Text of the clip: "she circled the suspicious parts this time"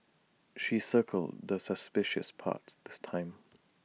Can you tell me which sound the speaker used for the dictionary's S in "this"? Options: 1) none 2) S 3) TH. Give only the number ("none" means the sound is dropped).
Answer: 2